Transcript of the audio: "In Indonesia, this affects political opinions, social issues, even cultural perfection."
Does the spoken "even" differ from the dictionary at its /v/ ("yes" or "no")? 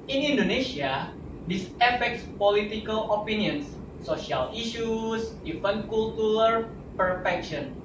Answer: yes